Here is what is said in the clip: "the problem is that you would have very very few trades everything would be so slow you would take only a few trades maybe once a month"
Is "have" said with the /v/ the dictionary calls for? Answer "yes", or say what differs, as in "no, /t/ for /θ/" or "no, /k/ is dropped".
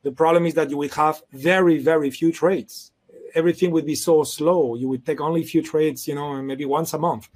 yes